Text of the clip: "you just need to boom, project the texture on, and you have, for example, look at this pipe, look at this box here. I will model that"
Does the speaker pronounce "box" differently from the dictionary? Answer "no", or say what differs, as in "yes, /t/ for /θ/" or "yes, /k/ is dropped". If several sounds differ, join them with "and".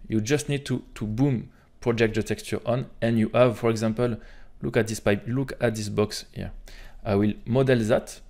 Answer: no